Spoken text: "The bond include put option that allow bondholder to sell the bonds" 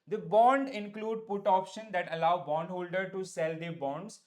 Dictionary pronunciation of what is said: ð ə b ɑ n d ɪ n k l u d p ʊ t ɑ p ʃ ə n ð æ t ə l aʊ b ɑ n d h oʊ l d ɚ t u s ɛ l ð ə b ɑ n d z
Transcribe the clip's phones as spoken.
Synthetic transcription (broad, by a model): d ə b ɑ n d ɪ n k l u d p ʊ t ɑ p ʃ ə n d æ t ə l aʊ b ɑ n d h oʊ l d ɚ t u s ɛ l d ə b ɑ n d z